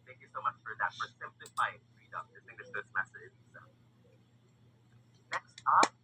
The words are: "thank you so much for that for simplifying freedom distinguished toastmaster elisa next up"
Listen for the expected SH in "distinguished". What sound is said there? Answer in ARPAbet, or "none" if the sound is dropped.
none